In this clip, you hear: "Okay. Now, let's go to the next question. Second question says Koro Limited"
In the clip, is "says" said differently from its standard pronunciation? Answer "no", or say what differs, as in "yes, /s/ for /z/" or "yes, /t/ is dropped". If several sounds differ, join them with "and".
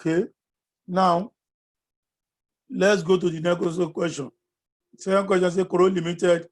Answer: yes, /z/ is dropped